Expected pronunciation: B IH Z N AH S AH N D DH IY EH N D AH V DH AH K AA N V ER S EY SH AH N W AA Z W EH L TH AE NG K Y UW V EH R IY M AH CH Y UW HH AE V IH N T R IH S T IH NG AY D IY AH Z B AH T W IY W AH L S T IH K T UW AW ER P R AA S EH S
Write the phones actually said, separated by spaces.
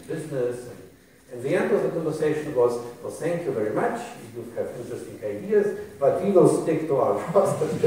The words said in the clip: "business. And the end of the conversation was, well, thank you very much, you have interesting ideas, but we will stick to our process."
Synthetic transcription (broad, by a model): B IH Z N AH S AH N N DH IY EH N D AH V DH AH K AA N V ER S EY SH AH N W AA Z W EH L TH AE NG K Y UW V EH R IY M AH CH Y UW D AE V IH N T R IH S T IH NG AY D IY AH Z B AH T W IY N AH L S T IH K T UW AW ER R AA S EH